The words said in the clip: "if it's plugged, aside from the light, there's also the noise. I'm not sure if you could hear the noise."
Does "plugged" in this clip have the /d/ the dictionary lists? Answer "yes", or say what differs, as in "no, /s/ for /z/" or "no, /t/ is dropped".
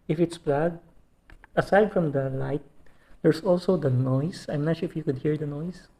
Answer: no, /d/ is dropped